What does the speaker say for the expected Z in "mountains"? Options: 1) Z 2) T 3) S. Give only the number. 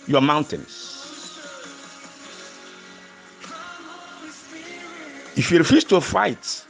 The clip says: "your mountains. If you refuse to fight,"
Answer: 3